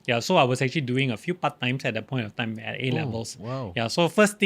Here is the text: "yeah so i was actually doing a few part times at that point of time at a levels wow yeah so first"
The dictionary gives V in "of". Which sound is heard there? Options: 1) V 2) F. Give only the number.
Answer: 2